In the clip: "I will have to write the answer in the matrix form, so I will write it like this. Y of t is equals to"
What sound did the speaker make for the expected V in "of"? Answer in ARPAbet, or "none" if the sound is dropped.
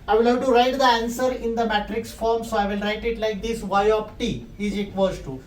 P